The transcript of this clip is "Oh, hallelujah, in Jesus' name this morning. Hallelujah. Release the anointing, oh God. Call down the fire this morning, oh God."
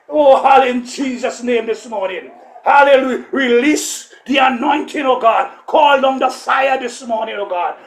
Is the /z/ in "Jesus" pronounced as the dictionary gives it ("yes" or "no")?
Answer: yes